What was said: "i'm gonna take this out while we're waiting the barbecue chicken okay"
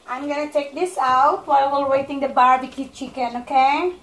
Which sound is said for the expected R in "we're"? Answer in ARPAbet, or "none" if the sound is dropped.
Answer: L